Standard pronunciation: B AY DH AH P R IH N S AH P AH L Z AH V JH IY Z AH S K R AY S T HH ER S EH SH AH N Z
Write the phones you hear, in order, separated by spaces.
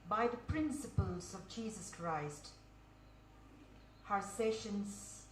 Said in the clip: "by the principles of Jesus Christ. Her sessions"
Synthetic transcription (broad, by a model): B AY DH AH P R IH N S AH P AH L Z AH V JH IY Z AH S K R AY S T HH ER S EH SH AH N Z